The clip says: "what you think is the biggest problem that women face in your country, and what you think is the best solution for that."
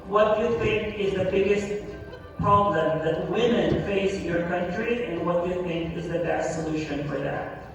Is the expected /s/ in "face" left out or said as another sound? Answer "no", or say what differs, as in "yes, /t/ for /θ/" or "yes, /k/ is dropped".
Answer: yes, /s/ is dropped